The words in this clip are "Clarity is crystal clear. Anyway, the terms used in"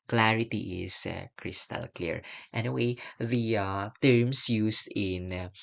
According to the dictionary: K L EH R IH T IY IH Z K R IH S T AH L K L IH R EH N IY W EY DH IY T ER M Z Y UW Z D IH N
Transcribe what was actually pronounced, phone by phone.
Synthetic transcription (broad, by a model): K L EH R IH T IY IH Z K R IH S T AH L K L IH R EH N IY W EY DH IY T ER M S Y UW S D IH N